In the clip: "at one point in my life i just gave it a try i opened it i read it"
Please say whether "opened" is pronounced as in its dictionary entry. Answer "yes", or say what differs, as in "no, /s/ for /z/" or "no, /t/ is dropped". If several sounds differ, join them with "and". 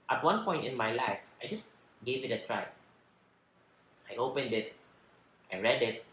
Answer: yes